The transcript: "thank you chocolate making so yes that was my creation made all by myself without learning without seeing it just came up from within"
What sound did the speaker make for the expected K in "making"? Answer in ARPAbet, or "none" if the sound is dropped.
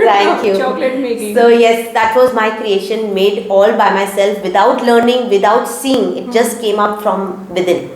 none